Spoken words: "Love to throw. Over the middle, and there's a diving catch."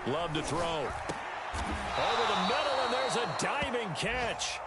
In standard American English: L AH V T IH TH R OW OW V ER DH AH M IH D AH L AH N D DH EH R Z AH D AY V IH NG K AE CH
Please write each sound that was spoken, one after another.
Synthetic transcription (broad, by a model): L AH V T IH TH R OW OW V ER DH AH M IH D L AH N DH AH R Z AH D AY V IH NG K AE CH